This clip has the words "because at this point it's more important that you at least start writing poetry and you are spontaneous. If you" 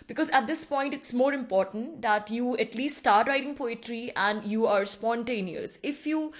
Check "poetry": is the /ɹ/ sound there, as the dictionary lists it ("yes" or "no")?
yes